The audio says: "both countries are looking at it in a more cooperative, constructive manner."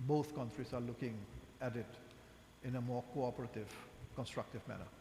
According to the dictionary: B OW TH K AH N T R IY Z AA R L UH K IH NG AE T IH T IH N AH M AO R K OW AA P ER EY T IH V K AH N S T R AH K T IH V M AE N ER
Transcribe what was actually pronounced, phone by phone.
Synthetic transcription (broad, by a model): B OW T K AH N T R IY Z AA R L UH K IH NG AE T IH T IH N AH M AO R K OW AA P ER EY T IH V K AH N S T R AH K T IH V M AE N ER